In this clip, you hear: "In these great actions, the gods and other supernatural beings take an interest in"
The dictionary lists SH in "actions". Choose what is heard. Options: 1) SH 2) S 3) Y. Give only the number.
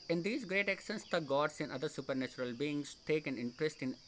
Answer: 2